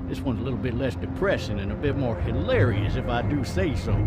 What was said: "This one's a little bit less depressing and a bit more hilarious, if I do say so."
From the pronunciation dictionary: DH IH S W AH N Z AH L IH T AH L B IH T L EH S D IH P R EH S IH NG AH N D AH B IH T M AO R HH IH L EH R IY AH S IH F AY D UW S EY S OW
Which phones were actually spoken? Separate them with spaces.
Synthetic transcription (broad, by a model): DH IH S W AH N Z AH L IH T L B IH T L EH S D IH P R EH SH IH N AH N AH B IH T M AO R HH IH L EH R IY AH S IH F AY D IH S EY S OW